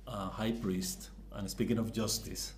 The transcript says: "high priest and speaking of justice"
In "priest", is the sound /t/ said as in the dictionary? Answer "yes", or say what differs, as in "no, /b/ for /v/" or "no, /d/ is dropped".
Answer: yes